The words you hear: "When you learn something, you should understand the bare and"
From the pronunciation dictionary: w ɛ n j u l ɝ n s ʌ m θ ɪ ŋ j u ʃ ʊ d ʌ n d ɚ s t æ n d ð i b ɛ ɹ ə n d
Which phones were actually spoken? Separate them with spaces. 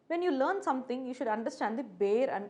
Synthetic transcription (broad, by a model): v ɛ n j u l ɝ n s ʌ m t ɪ ŋ j u ʃ ʊ d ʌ n d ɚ s t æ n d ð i b ɛ ɹ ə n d